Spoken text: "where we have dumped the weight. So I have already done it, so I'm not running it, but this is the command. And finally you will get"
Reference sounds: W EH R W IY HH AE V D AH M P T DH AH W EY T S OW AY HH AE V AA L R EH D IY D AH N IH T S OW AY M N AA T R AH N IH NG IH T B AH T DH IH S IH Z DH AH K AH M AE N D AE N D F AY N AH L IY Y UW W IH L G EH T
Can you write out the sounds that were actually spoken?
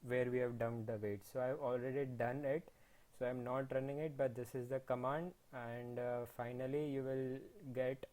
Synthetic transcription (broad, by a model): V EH R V IY HH AE V D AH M T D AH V EY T S OW AY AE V AA L R EH D IY D AH N IH T S OW AY M N AA T R AH N IH NG IH T B AH T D IH S IH Z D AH K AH M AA N D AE N D F AY N AH L IY Y UW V IH L G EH T